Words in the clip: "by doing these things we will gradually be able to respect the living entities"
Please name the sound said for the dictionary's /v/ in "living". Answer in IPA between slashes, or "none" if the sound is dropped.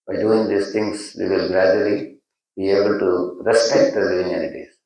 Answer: none